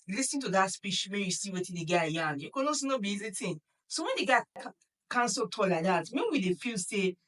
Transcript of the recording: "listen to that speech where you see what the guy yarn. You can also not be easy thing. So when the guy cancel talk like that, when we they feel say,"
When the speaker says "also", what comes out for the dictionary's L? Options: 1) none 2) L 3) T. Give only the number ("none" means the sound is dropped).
1